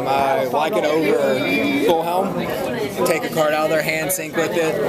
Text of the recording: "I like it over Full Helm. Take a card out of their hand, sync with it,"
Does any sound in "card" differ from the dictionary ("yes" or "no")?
no